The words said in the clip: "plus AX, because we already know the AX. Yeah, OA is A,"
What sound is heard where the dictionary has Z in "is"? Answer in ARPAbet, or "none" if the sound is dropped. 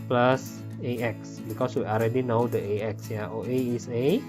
S